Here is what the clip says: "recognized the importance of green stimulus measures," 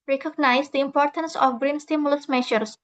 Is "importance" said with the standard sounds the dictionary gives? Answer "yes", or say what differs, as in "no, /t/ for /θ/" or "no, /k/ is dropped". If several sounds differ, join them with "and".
yes